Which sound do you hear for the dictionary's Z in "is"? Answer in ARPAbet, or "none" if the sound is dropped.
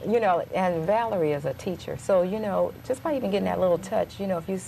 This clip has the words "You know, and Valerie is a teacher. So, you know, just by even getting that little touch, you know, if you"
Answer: Z